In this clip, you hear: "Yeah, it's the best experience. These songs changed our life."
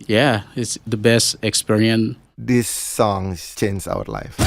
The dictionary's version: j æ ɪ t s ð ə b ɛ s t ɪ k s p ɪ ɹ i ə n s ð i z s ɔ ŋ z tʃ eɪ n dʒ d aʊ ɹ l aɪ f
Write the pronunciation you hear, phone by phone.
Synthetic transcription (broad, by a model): j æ ɪ t s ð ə b ɛ s t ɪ k s p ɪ ɹ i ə n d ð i s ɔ ŋ tʃ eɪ n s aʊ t l aɪ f